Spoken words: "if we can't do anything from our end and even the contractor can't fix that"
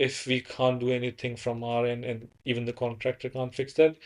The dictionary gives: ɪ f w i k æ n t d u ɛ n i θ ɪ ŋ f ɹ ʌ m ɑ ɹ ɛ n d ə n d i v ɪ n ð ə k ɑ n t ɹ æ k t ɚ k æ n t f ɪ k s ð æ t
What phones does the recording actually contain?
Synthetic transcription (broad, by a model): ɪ f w i k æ n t d u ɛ n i t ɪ ŋ f ɹ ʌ m ɑ ɹ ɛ n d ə n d i v ɪ n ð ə k ɑ n t ɹ æ k t ɚ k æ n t f ɪ k s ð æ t